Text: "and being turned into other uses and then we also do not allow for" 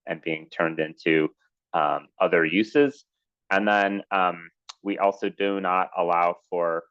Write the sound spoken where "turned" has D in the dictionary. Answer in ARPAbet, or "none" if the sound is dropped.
D